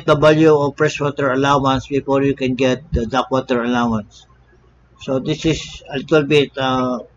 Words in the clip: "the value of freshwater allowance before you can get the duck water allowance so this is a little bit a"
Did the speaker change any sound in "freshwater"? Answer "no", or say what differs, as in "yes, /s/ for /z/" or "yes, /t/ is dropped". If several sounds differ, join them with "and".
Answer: yes, /p/ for /f/ and /s/ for /ʃ/